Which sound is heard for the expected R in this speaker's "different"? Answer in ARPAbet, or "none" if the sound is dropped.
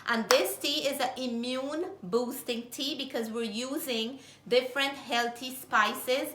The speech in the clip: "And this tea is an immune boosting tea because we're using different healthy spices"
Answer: R